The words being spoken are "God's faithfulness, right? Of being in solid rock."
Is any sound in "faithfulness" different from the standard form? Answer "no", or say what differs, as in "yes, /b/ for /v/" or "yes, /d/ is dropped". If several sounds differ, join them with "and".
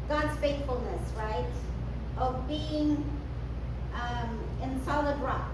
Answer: no